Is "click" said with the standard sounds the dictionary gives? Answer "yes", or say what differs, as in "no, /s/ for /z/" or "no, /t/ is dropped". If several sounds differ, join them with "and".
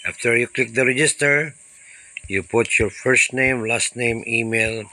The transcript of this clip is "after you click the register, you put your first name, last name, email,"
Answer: yes